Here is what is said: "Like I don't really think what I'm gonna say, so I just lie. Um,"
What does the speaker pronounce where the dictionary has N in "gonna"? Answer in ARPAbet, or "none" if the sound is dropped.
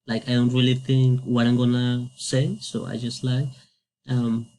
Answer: N